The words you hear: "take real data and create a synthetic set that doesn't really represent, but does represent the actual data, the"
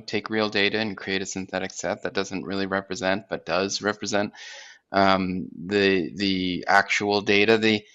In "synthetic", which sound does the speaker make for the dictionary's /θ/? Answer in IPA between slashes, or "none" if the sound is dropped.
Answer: /θ/